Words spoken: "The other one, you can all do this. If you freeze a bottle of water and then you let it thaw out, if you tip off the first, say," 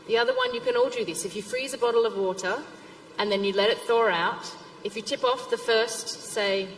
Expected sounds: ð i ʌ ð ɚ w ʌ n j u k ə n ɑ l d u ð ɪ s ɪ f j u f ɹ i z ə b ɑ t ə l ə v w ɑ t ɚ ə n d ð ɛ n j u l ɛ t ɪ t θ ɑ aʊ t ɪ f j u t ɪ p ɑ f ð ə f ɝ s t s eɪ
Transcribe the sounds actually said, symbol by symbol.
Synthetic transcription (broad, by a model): ð i ʌ ð ɚ w ʌ n j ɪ k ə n ɑ l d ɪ ð ɪ s ɪ f j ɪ f ɹ i z ə b ɑ t l ə v w ɑ t ɚ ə n ð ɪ n j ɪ l ɛ t ɪ t θ ɑ aʊ t ɪ f j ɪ t ɪ p ɑ f ð ə f ɝ s t s eɪ